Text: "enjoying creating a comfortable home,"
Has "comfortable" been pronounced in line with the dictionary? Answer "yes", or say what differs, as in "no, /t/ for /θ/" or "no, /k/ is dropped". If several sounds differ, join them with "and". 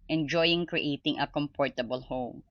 no, /p/ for /f/